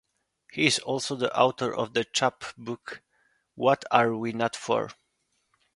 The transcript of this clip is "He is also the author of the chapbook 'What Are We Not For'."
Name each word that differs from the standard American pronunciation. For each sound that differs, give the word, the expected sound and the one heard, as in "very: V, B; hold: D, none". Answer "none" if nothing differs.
author: TH, T